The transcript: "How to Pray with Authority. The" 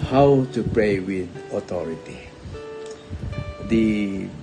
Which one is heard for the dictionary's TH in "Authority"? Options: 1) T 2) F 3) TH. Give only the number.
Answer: 1